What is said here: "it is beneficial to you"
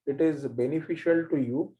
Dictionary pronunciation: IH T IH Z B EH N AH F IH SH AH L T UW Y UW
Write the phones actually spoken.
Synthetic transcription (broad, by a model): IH T IH Z B EH N AH F IH SH AH L T UW Y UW